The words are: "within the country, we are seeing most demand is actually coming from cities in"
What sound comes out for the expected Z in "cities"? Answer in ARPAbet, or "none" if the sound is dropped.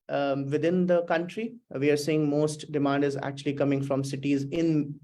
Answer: Z